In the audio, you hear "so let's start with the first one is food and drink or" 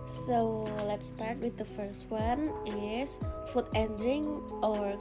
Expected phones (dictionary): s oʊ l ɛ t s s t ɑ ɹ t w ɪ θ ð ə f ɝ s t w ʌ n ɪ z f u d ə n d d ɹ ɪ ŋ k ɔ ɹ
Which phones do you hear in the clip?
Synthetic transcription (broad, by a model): s oʊ l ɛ t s s t ɑ ɹ t w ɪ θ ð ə f ɝ s t w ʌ n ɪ s f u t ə n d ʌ ɹ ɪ ŋ ɔ ɹ